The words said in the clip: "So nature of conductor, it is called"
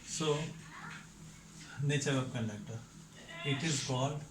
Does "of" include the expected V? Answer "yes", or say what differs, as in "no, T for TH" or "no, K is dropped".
no, P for V